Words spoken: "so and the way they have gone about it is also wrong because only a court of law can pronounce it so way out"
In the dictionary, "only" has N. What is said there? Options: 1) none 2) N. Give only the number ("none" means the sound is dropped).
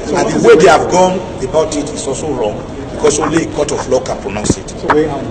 1